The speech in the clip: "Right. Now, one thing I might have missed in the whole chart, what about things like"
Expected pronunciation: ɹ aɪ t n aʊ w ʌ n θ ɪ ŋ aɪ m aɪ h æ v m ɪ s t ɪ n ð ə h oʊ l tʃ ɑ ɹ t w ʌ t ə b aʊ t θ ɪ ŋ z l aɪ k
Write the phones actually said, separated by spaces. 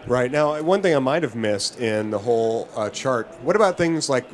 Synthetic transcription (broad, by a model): ɹ aɪ t n aʊ w ʌ n θ ɪ ŋ aɪ m aɪ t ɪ v m ɪ s t ɪ n ð ə h oʊ l tʃ ɑ ɹ t w ʌ t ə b aʊ t θ ɪ ŋ z l aɪ k